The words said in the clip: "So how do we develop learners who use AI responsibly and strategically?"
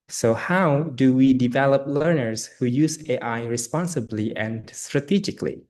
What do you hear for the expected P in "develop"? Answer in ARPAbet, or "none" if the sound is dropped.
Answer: P